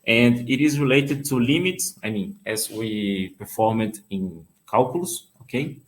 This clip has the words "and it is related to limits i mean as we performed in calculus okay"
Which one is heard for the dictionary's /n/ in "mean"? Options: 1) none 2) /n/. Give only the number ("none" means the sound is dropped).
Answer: 2